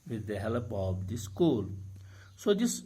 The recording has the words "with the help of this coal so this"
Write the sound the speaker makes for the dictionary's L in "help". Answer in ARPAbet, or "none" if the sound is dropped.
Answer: L